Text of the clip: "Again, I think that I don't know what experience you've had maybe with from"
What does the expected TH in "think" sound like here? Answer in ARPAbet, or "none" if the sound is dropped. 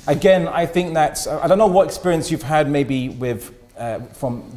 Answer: TH